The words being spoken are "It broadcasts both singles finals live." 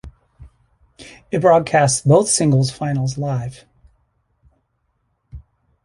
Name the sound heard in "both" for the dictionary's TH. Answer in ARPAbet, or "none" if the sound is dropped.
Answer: TH